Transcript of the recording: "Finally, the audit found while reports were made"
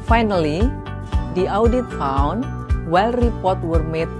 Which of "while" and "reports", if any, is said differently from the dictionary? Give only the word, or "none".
reports